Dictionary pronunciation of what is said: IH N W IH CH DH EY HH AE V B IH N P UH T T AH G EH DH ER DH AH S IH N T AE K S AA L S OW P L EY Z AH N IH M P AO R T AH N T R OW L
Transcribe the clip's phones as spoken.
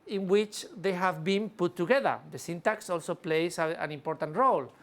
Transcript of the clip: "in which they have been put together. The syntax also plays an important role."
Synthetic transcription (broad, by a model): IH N W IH CH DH EY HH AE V B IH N P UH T T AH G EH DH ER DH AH S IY N T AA K S AA L S OW P L EY S AH N IH M P AO R T AH N T R OW L